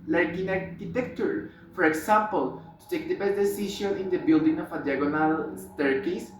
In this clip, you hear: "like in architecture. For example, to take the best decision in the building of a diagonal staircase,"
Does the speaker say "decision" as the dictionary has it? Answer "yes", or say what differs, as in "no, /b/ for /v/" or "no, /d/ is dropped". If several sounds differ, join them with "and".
no, /ʃ/ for /ʒ/ and /n/ is dropped